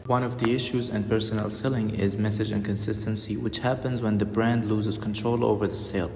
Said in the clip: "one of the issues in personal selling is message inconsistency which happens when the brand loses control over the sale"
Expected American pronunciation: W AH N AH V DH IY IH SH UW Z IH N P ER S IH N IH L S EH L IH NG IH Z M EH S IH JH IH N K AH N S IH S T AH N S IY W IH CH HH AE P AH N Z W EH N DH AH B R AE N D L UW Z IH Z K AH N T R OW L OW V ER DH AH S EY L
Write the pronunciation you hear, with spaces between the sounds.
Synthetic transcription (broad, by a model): W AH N AH V DH IY IH SH UW Z IH N P ER S IH N IH L S EH L IH NG IH Z M EH S IH JH IH N K AH N S IH S T AH N S IY W IH CH HH AE P AH N Z W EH N DH AH B R AE N D L UW Z IH Z K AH N T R OW L OW V ER DH AH S EY L